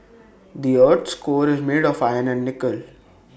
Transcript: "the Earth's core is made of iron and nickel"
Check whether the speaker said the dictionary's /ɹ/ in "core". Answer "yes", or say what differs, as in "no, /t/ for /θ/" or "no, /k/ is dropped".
yes